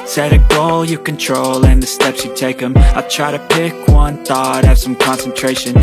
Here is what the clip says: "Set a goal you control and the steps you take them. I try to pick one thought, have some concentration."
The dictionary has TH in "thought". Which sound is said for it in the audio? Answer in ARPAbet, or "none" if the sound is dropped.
TH